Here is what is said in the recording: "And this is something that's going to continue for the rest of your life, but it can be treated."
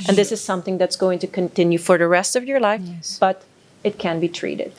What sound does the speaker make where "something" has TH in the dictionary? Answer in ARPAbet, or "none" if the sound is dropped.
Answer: TH